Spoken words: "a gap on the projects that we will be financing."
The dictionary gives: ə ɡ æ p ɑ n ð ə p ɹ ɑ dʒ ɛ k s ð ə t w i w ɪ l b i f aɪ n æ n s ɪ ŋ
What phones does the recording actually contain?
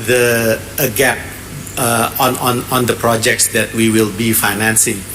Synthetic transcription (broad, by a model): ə ɡ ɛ p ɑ n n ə p ɹ ɑ dʒ ɛ k s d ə t w i w ɪ l b i f aɪ n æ n s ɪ ŋ